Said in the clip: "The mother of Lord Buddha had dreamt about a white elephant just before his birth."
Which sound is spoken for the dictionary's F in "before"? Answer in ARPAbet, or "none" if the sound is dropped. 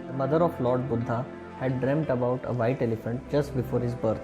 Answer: F